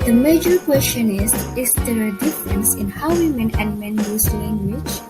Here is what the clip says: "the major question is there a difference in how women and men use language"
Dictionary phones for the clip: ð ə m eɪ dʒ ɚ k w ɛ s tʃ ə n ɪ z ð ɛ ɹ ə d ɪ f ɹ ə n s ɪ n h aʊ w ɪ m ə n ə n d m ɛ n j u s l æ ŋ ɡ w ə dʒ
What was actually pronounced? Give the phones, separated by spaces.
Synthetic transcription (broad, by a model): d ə m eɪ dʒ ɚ k w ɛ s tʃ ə n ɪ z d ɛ ɹ ə d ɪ f ɹ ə n s ɪ n h aʊ w ɪ m ə n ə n m ɛ n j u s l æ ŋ ɡ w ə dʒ